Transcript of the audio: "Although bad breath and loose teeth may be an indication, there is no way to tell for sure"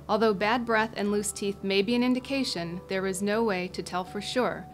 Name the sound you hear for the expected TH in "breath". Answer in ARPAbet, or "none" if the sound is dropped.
TH